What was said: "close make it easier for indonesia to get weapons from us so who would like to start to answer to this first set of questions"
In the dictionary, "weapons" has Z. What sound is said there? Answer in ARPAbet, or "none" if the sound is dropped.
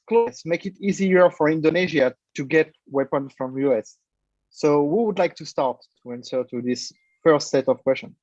none